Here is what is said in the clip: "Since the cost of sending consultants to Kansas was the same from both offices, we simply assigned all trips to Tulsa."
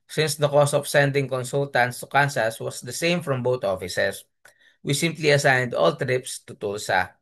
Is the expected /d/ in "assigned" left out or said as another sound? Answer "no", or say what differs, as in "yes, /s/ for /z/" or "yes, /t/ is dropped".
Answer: no